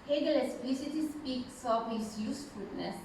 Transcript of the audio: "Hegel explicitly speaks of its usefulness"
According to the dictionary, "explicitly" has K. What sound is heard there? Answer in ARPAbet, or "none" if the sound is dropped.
none